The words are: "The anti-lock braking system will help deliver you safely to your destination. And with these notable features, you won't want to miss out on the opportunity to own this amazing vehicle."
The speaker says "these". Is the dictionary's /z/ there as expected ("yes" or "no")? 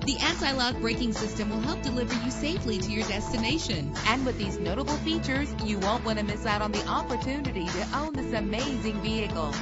yes